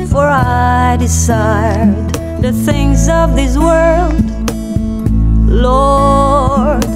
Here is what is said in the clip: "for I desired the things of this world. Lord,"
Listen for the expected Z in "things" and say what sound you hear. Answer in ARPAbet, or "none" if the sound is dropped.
Z